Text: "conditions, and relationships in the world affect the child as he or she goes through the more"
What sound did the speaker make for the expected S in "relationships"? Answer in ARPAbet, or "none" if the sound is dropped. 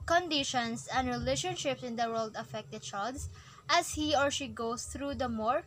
S